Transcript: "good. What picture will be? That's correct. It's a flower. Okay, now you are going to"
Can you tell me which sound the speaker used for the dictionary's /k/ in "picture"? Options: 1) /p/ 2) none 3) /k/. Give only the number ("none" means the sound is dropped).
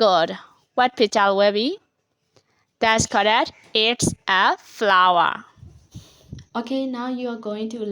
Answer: 2